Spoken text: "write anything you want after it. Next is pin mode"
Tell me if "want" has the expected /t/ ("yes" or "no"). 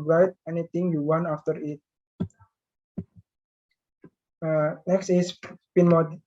no